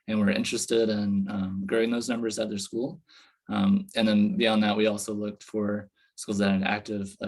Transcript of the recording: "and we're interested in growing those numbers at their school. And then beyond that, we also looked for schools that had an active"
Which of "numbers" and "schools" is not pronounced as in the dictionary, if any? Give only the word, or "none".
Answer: none